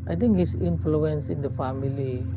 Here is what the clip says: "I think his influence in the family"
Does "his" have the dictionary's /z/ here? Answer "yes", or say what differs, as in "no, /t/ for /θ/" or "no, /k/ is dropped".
no, /s/ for /z/